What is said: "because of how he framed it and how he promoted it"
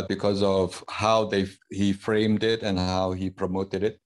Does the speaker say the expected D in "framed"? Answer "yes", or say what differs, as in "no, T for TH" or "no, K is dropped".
yes